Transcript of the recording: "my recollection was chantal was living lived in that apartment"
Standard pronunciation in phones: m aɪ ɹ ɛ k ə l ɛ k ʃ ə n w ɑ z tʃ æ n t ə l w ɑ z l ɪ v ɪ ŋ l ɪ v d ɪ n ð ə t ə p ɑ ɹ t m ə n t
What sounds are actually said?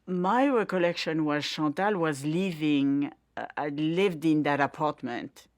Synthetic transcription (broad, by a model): m aɪ ɹ ɛ k ə l ɛ k ʃ ə n w ɑ z ʃ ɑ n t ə l w ɑ z l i v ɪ ŋ l ɪ v d ɪ n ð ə t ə p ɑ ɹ t m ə n t